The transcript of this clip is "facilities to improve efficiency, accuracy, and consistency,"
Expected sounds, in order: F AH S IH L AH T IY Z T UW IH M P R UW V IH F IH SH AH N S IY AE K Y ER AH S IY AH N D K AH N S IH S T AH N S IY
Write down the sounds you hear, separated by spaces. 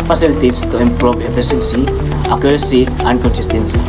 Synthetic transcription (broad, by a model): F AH S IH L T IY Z T UW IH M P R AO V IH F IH S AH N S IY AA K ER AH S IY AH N K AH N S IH S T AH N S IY